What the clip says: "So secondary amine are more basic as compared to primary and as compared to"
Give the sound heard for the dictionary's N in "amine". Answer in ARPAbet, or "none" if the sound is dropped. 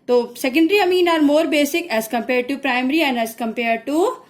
N